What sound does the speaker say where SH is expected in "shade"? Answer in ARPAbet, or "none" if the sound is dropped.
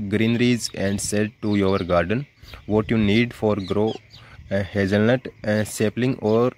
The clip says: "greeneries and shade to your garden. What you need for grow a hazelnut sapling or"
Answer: S